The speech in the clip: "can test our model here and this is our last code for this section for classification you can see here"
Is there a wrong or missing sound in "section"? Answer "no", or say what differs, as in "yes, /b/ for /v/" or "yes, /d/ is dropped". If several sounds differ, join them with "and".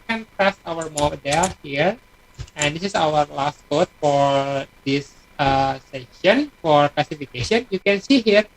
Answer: yes, /k/ is dropped